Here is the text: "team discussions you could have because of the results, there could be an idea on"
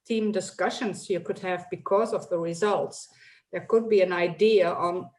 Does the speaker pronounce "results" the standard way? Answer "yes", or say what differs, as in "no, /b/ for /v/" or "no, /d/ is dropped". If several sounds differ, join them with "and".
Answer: yes